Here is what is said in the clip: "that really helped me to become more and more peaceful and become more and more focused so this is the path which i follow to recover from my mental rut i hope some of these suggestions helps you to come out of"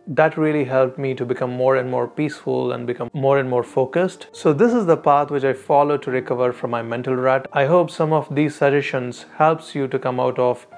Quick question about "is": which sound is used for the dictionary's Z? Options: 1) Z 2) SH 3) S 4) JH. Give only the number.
1